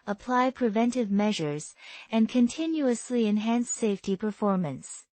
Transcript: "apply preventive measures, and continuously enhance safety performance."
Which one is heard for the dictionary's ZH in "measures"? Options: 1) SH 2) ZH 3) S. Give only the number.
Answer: 2